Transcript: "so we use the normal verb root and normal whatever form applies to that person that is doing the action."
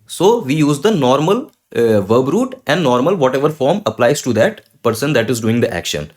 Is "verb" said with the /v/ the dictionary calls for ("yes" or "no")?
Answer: yes